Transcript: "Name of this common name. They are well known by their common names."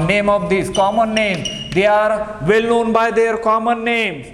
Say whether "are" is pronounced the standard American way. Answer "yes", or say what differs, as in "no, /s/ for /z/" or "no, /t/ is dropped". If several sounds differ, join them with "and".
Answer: yes